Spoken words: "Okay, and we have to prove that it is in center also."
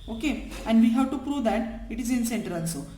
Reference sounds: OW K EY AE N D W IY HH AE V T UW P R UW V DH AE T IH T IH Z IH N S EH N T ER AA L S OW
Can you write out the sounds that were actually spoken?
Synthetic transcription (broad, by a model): OW K EY AE N D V IY HH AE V T UW P R UW V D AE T IH T IH Z IH N S EH N T ER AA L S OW